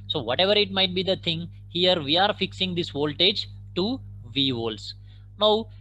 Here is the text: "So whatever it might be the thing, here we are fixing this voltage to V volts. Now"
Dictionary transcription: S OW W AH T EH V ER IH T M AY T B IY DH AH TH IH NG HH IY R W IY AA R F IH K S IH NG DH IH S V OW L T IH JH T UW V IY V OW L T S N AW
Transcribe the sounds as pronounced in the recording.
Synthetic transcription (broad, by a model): S OW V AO T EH V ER IH T M AY T B IY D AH T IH NG HH IY R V IY AA R F IH K S IH NG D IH S V OW L T IH JH T UW V IY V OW L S N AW